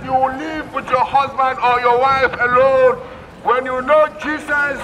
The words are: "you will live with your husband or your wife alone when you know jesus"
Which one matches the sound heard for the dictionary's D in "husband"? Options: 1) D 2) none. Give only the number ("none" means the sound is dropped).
1